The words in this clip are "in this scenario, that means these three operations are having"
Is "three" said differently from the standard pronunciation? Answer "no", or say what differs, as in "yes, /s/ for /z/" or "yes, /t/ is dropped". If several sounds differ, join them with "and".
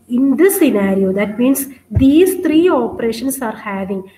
yes, /t/ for /θ/